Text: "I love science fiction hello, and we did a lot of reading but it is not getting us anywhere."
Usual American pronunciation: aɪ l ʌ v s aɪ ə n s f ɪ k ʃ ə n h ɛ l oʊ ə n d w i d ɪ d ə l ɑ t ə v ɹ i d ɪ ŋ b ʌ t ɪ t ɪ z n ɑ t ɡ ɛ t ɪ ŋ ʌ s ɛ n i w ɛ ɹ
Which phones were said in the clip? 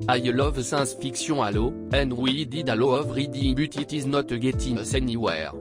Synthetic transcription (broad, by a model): aɪ l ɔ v s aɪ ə s f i k s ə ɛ l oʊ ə n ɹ w i d ɪ d ə l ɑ ə v ɹ i d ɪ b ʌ t ɪ t ɪ z n ɑ t ɡ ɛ t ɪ s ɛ n i w ɛ ɹ